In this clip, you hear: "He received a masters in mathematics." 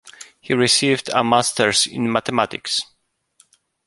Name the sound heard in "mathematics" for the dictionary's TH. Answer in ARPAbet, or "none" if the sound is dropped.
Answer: T